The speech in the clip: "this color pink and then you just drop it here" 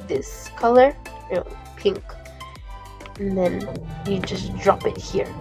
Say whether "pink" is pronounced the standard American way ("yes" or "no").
yes